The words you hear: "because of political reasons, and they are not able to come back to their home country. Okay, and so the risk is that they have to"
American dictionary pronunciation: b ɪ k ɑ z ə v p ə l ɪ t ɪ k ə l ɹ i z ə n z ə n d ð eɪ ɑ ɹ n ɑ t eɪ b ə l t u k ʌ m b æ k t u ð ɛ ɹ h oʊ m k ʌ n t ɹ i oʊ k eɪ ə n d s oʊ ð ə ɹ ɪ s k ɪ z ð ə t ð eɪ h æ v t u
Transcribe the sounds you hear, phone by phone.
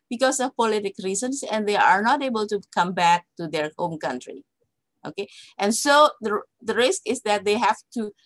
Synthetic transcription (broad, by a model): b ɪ k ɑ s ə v p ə l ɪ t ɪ k ɹ i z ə n s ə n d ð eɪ ɑ ɹ n ɑ t eɪ b ə l t u k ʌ m b æ k t u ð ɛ ɹ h oʊ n k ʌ n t ɹ i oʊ k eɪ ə n s oʊ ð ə ɹ ɪ s k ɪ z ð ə t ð eɪ h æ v t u